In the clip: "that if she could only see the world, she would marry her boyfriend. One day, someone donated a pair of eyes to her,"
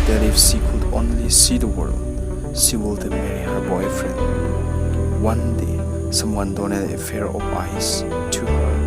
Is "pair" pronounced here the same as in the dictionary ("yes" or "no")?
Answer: no